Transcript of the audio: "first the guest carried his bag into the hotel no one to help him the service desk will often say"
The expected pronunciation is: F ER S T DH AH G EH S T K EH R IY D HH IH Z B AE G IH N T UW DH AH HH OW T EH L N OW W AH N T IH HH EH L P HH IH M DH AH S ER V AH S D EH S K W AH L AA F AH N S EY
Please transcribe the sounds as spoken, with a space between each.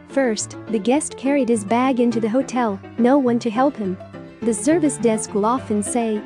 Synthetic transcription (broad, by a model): F ER S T DH AH G EH S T K EH R IY D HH IH Z B AE G IH N T UW DH AH HH OW T EH L N OW W AH N T IH HH EH L P HH IH M DH AH S ER V AH S D EH S K W AH L AA F AH N S EY